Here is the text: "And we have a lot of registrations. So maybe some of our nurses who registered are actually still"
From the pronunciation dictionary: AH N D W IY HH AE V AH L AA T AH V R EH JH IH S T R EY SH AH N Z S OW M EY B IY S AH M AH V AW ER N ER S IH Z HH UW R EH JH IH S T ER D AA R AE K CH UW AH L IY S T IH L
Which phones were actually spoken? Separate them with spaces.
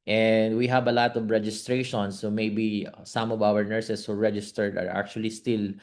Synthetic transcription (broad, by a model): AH N D W IY HH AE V AH L AA T AH V R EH JH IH S T R EY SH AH N S OW M EY B IY S AH M AH V AW ER N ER S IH S HH UW R EH JH IH S T ER D AA R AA K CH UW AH L IY S T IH L